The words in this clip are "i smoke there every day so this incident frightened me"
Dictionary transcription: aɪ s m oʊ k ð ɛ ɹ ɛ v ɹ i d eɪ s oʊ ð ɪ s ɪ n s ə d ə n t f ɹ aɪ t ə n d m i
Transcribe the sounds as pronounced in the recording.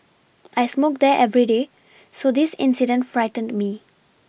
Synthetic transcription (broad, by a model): aɪ s m oʊ k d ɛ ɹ ɛ v ɹ i d eɪ s oʊ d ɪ s ɪ n s ə d ə n t f ɹ aɪ t ə n d m i